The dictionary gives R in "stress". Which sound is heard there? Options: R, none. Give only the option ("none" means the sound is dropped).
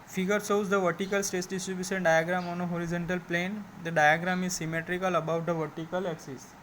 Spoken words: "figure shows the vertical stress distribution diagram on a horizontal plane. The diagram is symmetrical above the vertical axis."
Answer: none